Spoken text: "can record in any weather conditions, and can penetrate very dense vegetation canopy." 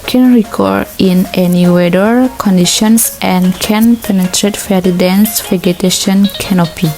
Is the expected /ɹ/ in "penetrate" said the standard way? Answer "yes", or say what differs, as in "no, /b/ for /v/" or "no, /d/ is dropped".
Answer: yes